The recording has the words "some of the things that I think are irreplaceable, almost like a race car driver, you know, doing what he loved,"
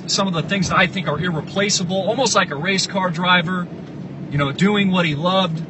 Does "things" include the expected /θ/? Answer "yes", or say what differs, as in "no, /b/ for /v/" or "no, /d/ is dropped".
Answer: yes